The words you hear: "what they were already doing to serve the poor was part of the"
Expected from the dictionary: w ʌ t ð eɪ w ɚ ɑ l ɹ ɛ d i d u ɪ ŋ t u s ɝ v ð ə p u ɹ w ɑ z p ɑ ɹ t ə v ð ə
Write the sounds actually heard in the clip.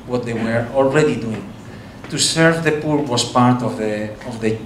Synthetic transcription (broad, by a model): w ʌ t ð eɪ w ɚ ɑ l ɹ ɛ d i d u ɪ ŋ t u s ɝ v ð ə p u ɹ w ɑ s p ɑ ɹ t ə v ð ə